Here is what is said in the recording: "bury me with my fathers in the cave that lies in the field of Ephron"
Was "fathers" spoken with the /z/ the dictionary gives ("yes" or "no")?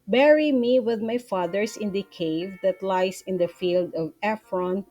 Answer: no